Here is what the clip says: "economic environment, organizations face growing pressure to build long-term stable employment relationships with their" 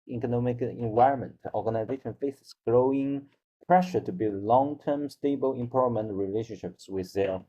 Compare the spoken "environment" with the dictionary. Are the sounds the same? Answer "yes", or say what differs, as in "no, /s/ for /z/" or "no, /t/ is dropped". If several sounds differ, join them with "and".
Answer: yes